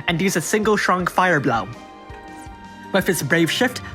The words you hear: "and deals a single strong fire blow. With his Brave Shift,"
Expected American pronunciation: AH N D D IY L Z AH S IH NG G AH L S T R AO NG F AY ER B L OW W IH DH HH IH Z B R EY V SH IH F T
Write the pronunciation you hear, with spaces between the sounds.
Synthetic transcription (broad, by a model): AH N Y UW Z AH S IH NG G AH L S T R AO NG F AY ER B L OW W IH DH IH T B R EY V SH IH F T